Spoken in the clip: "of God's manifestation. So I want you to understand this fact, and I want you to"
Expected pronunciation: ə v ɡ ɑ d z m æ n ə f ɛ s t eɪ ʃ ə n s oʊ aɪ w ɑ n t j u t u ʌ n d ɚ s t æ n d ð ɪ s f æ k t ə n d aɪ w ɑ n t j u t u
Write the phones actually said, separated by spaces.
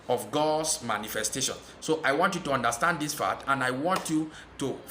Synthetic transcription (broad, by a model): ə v ɡ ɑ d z m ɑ n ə f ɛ s t eɪ ʃ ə n s oʊ aɪ w ɑ n t j u t u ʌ n d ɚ s t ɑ n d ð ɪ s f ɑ t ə n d aɪ w ɑ n t j u t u